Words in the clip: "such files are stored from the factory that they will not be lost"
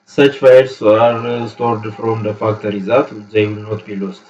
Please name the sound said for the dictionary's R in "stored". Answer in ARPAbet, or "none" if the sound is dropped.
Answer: R